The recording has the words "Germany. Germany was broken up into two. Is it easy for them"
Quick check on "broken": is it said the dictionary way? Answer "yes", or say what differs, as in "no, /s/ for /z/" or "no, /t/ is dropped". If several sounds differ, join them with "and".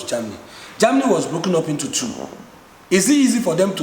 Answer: yes